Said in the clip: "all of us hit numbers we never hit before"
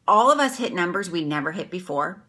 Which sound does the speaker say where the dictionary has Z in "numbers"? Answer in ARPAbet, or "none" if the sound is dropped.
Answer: Z